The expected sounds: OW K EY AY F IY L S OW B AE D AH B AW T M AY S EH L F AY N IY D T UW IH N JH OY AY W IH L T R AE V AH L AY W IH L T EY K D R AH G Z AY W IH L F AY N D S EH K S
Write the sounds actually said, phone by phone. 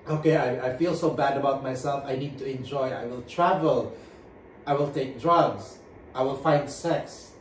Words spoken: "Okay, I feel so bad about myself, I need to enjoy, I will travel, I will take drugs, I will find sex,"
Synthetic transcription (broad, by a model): OW K EY AY F IY L S OW B AE D AH B AW T M AY S EH L F AY N IY D T UW IH N JH OY AY W IH L T R AE V AH L AY W IH L T EY K D R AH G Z AY W IH L F AY N D S EH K S